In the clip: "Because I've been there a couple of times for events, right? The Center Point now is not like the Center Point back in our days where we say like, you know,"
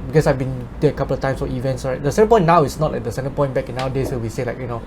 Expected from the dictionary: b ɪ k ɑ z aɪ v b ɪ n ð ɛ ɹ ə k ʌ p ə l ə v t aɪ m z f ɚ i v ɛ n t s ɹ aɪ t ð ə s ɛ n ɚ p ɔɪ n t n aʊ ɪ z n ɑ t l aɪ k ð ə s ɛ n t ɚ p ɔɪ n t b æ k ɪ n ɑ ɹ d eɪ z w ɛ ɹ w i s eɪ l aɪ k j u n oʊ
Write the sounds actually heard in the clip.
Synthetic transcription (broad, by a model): b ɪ k ɑ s aɪ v b ɪ n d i ə k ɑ p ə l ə f t aɪ m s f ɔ i v ɛ n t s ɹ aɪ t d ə s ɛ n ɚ p ɔɪ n n aʊ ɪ s n ɑ t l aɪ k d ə s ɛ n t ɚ p ɔɪ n b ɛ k ɪ n ɑ w d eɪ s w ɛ w i s eɪ l aɪ k j u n oʊ